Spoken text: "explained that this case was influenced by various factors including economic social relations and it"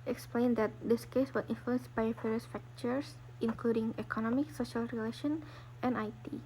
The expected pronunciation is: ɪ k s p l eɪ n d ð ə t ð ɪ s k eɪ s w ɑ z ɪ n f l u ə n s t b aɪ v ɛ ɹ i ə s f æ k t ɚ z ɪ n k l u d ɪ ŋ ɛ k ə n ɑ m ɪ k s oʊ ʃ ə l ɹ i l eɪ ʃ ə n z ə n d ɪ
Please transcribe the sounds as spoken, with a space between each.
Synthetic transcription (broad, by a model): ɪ k s p l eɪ n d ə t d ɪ s k eɪ s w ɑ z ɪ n f l u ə n s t b aɪ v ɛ ɹ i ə s f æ k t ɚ s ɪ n k l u d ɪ ŋ ɛ k ə n ɑ m ɪ k s oʊ ʃ ə l ɹ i l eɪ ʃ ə n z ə n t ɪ